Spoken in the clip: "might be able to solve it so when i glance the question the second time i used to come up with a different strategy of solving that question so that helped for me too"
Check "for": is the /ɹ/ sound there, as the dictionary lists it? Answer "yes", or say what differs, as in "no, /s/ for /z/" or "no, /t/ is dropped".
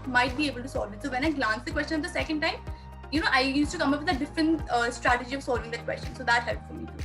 no, /l/ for /ɹ/